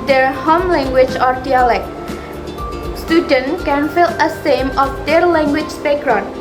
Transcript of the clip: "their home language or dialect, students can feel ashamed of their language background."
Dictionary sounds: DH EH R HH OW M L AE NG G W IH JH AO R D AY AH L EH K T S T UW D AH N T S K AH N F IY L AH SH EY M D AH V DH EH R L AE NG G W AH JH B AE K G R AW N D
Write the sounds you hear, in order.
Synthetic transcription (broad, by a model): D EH R HH OW M L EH NG G W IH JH AO R D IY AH L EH K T S T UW D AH N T K AH N F IY L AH S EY M AH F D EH R L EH NG G W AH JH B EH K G R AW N